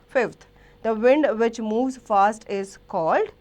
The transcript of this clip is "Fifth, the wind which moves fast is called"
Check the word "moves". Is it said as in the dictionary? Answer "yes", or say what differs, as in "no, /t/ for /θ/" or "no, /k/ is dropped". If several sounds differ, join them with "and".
yes